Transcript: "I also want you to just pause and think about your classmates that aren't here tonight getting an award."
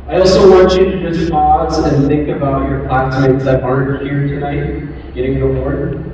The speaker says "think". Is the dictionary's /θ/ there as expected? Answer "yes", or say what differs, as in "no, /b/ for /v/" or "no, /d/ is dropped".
yes